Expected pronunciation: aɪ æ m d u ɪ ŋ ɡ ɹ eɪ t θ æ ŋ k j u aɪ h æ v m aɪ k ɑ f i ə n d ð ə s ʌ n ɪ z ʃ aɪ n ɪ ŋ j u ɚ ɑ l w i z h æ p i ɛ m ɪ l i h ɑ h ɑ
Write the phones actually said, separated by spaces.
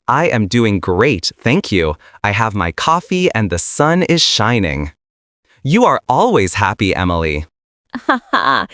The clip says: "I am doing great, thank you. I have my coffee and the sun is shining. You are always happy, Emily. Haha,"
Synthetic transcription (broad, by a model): aɪ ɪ m d u ɪ ŋ ɡ ɹ eɪ t θ æ ŋ k j u aɪ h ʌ v m aɪ k ɑ f i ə n ð ə s ʌ n ɪ z ʃ aɪ n ɪ ŋ j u ɚ ɑ l w i z h æ p i ɛ m ɪ l i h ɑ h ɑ